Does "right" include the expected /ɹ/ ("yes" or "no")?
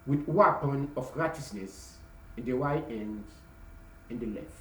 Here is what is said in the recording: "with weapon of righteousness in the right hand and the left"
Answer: no